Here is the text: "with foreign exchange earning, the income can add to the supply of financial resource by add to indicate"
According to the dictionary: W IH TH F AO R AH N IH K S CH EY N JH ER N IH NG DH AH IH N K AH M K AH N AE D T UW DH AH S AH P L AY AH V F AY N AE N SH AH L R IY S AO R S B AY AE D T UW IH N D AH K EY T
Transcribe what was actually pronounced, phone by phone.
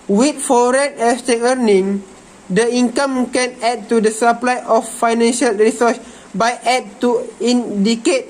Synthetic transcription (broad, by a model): W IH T F AO R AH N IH S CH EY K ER N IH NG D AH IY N K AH M K AH N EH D T UW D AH S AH P L AY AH F AY N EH N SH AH L R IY S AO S B AY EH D T UW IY N D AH K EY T